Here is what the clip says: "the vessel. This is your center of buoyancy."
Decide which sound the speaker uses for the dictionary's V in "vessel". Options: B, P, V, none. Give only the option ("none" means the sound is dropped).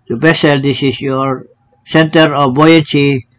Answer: B